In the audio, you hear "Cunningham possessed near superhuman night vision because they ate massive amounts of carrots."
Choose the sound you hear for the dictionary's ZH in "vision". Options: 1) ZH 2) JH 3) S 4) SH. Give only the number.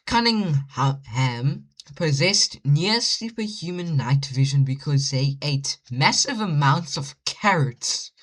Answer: 1